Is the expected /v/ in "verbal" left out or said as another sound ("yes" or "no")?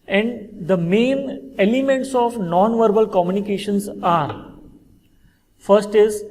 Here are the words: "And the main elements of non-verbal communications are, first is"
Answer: no